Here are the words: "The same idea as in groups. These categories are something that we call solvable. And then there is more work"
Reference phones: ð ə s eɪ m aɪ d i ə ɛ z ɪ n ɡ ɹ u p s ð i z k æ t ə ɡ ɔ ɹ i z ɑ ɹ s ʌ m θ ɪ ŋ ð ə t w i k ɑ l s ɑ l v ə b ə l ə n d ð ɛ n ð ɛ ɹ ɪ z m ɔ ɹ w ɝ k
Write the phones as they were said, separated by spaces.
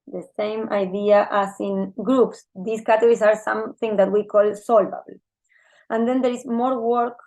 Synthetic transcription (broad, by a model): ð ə s eɪ m aɪ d i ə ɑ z ɪ n ɡ ɹ u p s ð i s k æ t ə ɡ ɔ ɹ i s ɑ ɹ s ʌ m θ ɪ ŋ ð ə t w i k ɑ l s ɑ l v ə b l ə n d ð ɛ n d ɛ ɹ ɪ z m ɔ ɹ w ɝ k